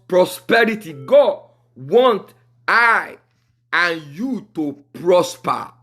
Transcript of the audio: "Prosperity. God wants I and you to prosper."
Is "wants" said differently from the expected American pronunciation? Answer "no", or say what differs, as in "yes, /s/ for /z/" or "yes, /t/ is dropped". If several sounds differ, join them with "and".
yes, /s/ is dropped